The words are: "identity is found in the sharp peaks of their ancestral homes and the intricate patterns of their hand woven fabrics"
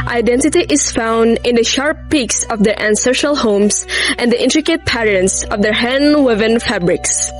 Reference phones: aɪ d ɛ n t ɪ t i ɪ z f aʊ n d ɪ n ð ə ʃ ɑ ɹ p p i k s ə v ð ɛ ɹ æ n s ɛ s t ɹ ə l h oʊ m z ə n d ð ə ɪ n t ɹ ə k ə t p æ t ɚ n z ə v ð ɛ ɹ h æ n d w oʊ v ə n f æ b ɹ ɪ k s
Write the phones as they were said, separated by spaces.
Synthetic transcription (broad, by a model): aɪ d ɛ n t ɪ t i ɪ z f aʊ n d ɪ n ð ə ʃ ɑ ɹ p p i k s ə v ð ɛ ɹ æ n s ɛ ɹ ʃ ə l h oʊ m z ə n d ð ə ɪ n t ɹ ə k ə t p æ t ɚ n s ə v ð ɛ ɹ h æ n w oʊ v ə n f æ b ɹ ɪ k s